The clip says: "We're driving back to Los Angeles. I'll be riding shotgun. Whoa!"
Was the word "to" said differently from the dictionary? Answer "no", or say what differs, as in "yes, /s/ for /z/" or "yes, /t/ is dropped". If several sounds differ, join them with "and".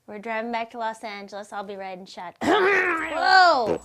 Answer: no